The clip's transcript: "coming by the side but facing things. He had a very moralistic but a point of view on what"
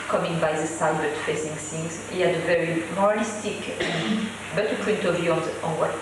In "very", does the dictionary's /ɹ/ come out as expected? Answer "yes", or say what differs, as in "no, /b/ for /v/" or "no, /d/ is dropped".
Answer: yes